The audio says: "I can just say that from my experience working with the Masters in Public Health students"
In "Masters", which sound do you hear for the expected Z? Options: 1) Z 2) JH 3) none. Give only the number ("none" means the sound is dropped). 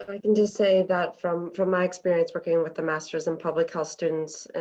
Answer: 1